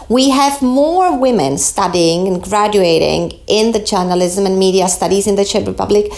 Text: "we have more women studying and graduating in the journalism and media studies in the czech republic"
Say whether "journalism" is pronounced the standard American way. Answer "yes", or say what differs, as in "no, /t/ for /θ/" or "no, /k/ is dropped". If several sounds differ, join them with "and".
yes